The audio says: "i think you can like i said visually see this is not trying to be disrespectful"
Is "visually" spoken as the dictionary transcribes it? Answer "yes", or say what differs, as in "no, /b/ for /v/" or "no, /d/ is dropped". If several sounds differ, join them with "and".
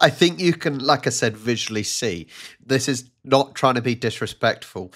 yes